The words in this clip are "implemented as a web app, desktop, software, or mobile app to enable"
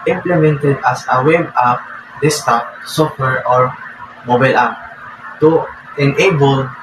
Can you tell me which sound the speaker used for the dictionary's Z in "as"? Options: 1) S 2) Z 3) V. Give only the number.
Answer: 1